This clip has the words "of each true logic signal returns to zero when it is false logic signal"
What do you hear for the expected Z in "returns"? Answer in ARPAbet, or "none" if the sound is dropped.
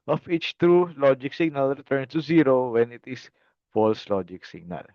none